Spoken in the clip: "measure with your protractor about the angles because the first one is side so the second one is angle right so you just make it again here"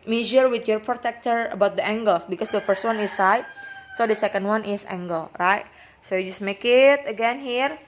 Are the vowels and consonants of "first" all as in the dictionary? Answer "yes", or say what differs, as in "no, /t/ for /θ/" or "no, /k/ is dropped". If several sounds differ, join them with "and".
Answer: yes